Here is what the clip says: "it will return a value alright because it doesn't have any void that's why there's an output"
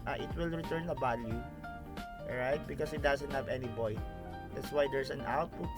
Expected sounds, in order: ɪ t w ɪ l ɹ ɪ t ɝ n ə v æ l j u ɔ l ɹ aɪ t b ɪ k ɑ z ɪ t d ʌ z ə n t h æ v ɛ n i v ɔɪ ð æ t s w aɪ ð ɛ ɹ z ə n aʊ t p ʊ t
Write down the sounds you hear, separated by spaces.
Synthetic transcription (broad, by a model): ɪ t w ɪ l ɹ ɪ t ɝ n ə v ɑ l j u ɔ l ɹ aɪ t b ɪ k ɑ s ɪ t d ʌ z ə n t h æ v ɛ n i b ɔɪ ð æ t s w aɪ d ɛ ɹ s ə n aʊ t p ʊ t